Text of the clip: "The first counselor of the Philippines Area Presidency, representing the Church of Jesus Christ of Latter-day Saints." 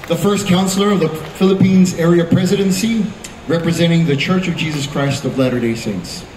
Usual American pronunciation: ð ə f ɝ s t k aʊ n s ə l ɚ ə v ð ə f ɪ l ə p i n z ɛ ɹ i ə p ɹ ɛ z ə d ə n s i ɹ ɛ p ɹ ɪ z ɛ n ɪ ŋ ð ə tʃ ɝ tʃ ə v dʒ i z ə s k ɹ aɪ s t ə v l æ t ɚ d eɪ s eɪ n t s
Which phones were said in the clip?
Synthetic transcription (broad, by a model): ð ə f ɝ s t k aʊ n s l ɚ ə v ð ə f ɪ l ə p i n z ɛ ɹ i ə p ɹ ɛ z ə d ə n s i ɹ ɛ p ɹ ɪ z ɛ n ɪ ŋ ð ə tʃ ɝ tʃ ə v dʒ i z ə s k ɹ aɪ s t ə v l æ t ɚ d eɪ s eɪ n t s